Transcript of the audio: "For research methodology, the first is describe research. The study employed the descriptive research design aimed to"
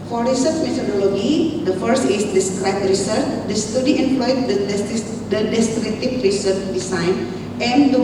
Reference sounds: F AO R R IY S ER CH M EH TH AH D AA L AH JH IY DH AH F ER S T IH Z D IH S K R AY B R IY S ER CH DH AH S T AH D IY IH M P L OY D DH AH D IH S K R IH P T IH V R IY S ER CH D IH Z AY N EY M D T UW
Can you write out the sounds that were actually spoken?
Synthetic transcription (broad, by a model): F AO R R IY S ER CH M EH T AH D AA L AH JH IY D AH F ER S T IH S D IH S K R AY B R IY S ER CH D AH S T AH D IY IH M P L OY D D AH D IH S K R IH T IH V R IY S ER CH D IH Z AY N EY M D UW